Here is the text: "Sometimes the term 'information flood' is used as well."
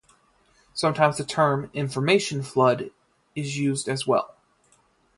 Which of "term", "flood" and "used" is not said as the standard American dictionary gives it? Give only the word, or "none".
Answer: none